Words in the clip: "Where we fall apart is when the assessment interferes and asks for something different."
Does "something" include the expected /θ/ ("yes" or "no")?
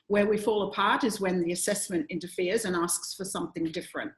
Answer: yes